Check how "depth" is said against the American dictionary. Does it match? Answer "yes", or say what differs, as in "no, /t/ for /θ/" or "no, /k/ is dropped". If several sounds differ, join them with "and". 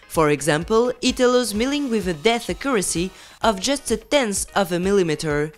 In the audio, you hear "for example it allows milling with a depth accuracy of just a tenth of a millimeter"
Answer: no, /p/ is dropped